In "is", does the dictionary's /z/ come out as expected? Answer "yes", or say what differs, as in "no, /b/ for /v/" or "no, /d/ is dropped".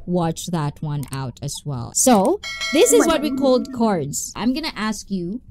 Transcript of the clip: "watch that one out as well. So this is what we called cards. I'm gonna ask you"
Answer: yes